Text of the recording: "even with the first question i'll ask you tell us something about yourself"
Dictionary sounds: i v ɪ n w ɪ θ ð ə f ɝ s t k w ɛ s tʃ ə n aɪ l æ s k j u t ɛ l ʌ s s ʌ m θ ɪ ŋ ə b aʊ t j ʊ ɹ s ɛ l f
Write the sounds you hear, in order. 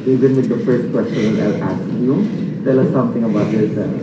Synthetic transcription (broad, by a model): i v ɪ n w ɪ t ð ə f ɝ s t k w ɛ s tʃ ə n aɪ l æ s k j u t ɛ l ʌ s s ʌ m t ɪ ŋ ə b aʊ t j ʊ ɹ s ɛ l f